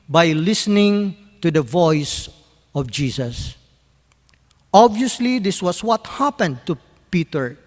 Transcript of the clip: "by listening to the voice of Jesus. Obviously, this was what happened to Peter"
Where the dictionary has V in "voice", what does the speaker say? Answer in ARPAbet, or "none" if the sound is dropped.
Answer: V